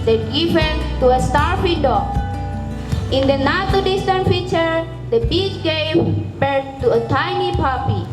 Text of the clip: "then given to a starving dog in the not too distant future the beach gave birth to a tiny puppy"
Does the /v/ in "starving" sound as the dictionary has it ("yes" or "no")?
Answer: no